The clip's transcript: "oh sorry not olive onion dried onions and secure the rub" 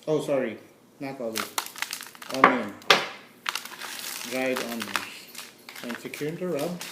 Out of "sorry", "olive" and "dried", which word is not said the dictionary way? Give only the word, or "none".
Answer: olive